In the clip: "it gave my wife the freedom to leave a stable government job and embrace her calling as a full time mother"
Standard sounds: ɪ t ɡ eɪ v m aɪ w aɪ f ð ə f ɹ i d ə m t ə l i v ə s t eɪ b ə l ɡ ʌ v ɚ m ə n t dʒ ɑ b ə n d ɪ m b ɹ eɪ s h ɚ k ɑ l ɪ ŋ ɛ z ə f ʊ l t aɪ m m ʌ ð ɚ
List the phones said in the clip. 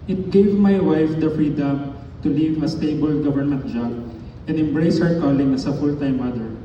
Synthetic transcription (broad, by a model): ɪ t ɡ eɪ v m aɪ w aɪ f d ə f ɹ i d ə m t ə l i v ə s t eɪ b ə l ɡ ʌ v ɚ m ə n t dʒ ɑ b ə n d ɪ m b ɹ eɪ s h ɚ k ɑ l ɪ ŋ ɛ s ə f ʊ l t aɪ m m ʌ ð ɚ